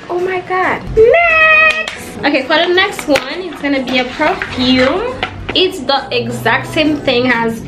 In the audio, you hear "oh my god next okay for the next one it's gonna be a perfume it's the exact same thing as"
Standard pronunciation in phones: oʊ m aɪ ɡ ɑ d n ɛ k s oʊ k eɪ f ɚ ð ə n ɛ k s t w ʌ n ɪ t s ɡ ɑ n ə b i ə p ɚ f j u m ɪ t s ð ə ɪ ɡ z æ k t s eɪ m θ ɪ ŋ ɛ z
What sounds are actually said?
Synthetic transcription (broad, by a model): oʊ m aɪ ɡ ɑ d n oʊ k eɪ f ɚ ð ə n ɛ k s t w ʌ n ɪ t s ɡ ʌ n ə b i ə p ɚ f j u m ɪ t s ð ə ɪ ɡ z æ k t s eɪ m θ ɪ ŋ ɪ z